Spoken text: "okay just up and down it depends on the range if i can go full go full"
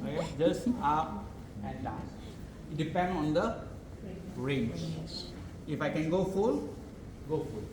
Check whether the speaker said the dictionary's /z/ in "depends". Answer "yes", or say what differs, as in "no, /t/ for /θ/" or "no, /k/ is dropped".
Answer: no, /z/ is dropped